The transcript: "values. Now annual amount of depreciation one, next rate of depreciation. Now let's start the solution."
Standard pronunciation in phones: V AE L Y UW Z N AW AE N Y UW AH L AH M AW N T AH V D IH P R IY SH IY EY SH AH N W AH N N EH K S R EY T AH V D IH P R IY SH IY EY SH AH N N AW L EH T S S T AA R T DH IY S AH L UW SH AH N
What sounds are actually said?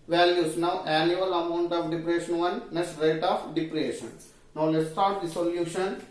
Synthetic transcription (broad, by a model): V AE L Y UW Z N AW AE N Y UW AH L AH M AW N T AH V D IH P R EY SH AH N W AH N N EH S R EY T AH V D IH P R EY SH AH N N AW L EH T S S T AA R T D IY S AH L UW SH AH N